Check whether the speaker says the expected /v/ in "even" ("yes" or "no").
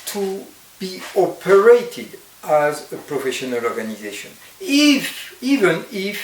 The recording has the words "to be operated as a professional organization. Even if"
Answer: yes